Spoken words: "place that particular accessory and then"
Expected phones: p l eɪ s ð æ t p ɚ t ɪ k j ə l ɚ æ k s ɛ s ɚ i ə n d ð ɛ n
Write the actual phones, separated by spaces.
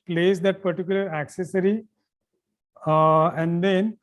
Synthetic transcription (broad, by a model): p l eɪ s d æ t p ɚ t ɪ k j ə l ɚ æ k s ɛ s ɚ i ə n d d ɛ n